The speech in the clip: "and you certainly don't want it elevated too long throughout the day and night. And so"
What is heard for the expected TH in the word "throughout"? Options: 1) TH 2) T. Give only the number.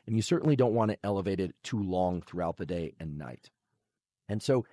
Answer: 1